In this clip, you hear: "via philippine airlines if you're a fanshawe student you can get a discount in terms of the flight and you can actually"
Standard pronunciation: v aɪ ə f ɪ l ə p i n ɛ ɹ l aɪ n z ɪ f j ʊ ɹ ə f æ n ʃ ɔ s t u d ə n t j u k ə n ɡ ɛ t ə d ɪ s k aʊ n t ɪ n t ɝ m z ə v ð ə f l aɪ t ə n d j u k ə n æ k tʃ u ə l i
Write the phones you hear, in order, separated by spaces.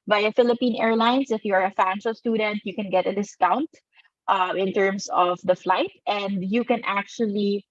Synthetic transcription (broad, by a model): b aɪ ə f ɪ l ə p i n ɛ ɹ l aɪ n s ɪ f j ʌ ɹ ə f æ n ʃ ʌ s t u d ə n t j u k ə n ɡ ɛ t ə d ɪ s k aʊ n t ɪ n t ɝ m s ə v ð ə f l aɪ t ə n d j u k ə n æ k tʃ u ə l i